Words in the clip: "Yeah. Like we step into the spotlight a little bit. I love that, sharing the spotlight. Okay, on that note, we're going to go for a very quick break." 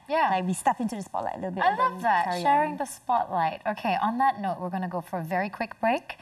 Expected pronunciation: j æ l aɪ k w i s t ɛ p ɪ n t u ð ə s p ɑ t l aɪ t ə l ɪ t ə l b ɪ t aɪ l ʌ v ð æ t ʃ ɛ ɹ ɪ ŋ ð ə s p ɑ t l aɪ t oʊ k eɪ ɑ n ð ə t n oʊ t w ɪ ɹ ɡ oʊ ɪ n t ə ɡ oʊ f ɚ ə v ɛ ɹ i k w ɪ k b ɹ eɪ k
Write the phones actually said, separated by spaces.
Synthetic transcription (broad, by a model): j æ l aɪ k w i s t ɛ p ɪ n t u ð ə s p ɑ t l aɪ t ə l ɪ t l b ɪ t aɪ l ʌ v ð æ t ʃ ɛ ɹ ɪ ŋ ð ə s p ɑ t l aɪ t oʊ k eɪ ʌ n ð ə t n oʊ t w ɪ ɹ ɡ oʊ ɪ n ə ɡ oʊ f ɚ ə v ɛ ɹ i k w ɪ k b ɹ eɪ k